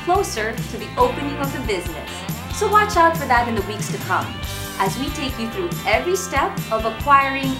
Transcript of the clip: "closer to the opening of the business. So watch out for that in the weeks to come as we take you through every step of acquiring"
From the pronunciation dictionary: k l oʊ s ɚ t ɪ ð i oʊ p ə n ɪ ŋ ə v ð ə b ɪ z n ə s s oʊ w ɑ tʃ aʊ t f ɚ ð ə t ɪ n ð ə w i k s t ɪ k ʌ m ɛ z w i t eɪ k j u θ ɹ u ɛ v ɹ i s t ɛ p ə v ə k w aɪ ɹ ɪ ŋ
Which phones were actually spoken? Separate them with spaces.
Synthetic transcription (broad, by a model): k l oʊ s ɚ t ɪ ð i oʊ p ə n ɪ ŋ ə v ð ə b ɪ z n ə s s oʊ w ɑ tʃ aʊ t f ɚ ð ə t ɪ n ð ə w i k s t ɪ k ʌ m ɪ z w i t eɪ k j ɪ θ ɹ u ɛ v ɹ i s t ɛ p ə v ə k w aɪ ɹ ɪ ŋ